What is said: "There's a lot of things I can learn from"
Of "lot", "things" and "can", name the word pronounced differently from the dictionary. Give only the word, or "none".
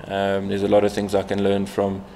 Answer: none